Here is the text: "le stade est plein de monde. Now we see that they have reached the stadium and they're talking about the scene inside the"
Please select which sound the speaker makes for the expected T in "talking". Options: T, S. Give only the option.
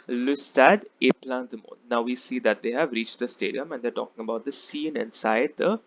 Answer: T